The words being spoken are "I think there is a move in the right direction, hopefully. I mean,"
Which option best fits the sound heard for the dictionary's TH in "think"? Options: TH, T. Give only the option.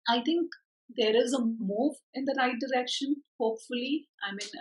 T